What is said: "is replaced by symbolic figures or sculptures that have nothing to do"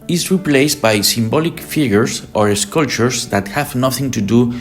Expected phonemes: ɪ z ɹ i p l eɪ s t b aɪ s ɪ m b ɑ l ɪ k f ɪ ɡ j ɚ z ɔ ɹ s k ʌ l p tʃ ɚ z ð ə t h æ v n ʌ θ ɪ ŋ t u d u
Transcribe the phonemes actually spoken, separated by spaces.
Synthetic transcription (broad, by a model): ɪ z ɹ i p l eɪ s t b aɪ s ɪ m b ɑ l ɪ k f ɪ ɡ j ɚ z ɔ ɹ s k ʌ l tʃ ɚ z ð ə t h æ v n ʌ θ ɪ ŋ t u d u